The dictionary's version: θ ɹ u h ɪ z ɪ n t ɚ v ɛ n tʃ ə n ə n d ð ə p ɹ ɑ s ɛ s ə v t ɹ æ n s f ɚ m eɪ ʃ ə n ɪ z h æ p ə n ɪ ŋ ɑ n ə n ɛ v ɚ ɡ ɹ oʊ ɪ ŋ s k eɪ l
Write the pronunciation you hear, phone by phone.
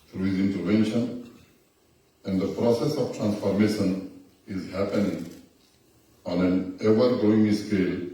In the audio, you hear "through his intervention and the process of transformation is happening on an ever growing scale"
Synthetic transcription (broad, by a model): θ ɹ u h ɪ z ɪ n t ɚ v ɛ n ʃ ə n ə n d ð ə p ɹ ɑ s ɛ s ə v t ɹ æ n s f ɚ m eɪ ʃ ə n ɪ z h æ p ə n ɪ ŋ ɑ n ə n ɛ v ɚ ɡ oʊ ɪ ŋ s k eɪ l